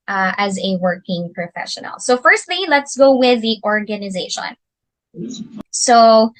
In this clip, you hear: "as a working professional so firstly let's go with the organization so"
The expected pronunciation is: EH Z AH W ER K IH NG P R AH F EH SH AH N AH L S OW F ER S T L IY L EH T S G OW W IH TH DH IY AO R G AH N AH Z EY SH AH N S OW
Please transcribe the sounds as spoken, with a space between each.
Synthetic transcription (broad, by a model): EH Z AH W ER K IH NG P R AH F EH SH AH N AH L S OW F ER S T L IY L EH T S G OW W IH DH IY AO R G AH N AH Z EY SH AH N S OW